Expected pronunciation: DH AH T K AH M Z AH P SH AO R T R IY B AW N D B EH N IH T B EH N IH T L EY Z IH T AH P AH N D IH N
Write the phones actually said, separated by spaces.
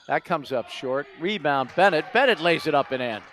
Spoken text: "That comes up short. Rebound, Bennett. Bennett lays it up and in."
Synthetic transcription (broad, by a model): DH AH T K AH M Z AH P SH AO R T R IY B AW N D B EH N IH T B EH N IH T L EY Z IH T AH P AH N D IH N